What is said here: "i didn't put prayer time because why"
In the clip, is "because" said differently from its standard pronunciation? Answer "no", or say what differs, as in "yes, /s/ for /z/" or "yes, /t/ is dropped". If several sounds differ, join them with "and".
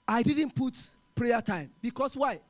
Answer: yes, /s/ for /z/